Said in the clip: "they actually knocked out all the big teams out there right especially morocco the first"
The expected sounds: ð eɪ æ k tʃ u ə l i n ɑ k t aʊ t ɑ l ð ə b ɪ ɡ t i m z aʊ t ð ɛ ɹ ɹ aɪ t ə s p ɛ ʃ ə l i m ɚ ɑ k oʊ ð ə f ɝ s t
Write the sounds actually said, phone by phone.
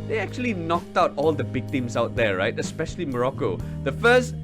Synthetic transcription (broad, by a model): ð eɪ æ k tʃ u ə l i n ɑ k t aʊ t ɑ l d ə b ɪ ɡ t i m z aʊ t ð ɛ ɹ ɹ aɪ t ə s p ɛ ʃ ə l i m ɚ ɑ k oʊ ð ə f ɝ s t